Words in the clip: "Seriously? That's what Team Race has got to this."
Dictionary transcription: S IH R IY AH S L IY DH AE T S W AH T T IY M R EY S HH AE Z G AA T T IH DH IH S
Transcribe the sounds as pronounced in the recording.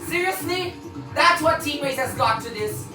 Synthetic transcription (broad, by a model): S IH R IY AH S L IY DH AE T S W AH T T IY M W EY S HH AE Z G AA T T IH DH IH S